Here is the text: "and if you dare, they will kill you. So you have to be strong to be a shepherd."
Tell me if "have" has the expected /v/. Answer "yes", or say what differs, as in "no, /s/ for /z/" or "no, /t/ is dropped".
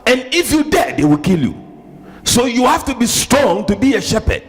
no, /f/ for /v/